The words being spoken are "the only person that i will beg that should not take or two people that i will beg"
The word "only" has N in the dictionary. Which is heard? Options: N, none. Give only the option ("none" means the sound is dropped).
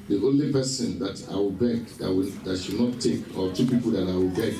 N